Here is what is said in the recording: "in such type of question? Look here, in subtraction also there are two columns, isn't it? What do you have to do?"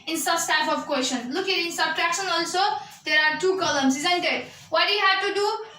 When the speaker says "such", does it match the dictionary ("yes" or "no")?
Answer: no